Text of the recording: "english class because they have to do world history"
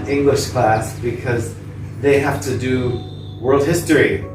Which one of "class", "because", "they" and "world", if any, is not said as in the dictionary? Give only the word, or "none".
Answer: none